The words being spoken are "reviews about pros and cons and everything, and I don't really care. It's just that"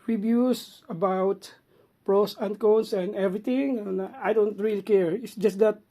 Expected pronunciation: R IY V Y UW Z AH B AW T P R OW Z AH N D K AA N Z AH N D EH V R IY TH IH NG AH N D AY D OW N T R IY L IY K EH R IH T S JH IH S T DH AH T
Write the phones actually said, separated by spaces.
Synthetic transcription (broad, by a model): R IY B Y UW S AH B AW T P R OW S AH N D K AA N S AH N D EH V R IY T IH NG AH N AY D OW N T R IY L IY K EH R IH T S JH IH S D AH T